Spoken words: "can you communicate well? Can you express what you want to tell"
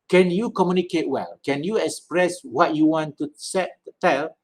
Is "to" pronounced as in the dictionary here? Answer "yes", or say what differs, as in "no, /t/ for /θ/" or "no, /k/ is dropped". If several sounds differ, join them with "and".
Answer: no, /s/ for /t/